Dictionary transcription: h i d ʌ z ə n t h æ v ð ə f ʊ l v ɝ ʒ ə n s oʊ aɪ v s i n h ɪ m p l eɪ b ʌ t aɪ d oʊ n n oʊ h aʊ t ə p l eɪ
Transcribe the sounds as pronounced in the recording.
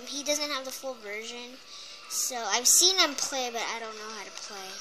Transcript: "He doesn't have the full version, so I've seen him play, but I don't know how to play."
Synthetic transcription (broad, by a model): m i d ʌ z ə n t h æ v ð ə f ʊ l v ɝ ʒ ə n s oʊ aɪ v s i n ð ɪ m p l eɪ b ʌ t aɪ d oʊ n n oʊ h aʊ t ə p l eɪ